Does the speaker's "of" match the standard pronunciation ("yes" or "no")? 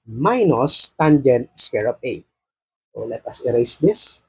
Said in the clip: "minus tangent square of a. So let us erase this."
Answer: no